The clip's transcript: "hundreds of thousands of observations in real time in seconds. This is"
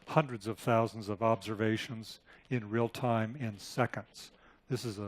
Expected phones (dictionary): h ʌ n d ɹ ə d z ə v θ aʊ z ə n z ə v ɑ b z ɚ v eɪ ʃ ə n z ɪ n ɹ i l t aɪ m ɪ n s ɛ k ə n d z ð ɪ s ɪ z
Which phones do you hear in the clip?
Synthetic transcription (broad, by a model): h ʌ n d ɹ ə d z ə v θ aʊ z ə n z ə v ɑ b z ɚ v eɪ ʃ ə n z ɪ n ɹ i l t aɪ m ɪ n s ɛ k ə n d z ð ɪ s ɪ z